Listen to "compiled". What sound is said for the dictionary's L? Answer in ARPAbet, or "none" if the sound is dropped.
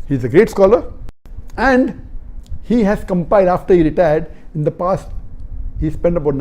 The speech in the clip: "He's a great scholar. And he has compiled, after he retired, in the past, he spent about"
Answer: none